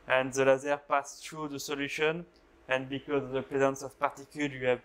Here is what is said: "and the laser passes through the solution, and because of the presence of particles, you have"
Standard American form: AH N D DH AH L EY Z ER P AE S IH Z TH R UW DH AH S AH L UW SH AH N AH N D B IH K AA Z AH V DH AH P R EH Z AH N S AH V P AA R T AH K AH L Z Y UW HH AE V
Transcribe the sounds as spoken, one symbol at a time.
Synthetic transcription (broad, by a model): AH N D DH AH L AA Z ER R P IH S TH R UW DH AH S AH L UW SH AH N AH N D B IH K AA Z AH V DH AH P R EH Z AH N S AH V P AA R T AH K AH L Y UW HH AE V